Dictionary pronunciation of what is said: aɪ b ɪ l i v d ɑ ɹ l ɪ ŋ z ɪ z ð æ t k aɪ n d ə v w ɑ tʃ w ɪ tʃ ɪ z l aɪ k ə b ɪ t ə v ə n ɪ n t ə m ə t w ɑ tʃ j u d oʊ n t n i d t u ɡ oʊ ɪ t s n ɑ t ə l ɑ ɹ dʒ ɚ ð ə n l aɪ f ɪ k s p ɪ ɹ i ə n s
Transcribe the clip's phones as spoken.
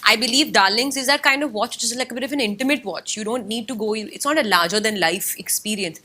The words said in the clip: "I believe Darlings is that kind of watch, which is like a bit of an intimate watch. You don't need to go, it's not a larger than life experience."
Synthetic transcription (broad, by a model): aɪ b ɪ l i v d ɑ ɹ l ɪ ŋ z ɪ z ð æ t k aɪ n d ə v ɑ tʃ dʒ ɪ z l aɪ k ə b ɪ t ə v ə n ɪ n t ə m ə t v ɑ tʃ j u d oʊ n t n i d t u ɡ oʊ ɪ t s n ɑ t ə l ɑ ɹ dʒ ɚ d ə n l aɪ f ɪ k s p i ɹ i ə n s